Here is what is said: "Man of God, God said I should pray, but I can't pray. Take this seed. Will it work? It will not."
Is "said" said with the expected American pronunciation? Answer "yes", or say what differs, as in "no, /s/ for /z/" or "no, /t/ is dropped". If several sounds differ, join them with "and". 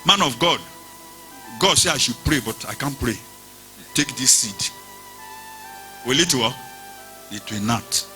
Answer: no, /d/ is dropped